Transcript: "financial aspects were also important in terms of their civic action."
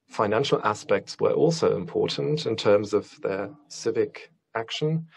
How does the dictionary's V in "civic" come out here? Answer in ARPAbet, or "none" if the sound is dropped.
V